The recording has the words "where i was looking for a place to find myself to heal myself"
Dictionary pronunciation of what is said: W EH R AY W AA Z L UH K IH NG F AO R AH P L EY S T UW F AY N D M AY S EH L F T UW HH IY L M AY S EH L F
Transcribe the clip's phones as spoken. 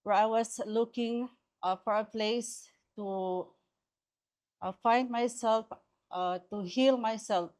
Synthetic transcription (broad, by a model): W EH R AY W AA S L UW K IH NG F AO R AH P L EY S T UW F AY N D M AY S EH L F T UW HH IY L M AY S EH L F